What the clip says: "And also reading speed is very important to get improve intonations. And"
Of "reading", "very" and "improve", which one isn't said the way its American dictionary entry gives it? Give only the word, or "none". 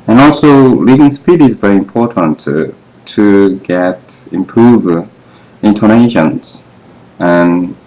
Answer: reading